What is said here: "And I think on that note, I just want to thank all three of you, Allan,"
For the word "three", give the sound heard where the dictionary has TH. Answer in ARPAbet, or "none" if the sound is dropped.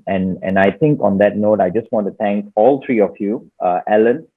T